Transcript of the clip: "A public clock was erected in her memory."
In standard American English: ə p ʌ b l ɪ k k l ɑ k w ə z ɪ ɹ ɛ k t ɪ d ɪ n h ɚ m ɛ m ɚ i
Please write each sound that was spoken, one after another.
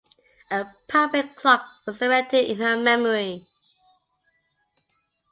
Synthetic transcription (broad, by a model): ə p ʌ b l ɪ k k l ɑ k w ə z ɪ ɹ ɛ t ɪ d ɪ n h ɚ m ɛ m ɚ i